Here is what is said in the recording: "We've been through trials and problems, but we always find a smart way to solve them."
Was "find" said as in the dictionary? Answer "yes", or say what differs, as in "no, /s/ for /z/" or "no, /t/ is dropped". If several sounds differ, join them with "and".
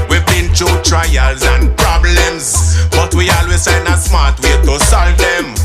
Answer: no, /d/ is dropped